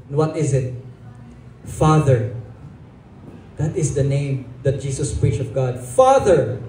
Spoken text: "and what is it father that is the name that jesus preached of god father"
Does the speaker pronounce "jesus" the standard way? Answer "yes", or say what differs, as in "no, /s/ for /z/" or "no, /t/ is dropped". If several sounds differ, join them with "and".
no, /s/ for /z/